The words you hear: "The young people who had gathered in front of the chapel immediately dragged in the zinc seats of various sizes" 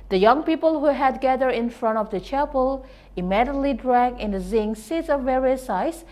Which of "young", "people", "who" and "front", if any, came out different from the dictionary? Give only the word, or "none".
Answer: none